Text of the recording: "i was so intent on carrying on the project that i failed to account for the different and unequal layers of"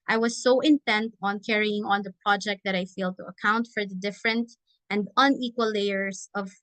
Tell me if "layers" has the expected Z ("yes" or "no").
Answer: no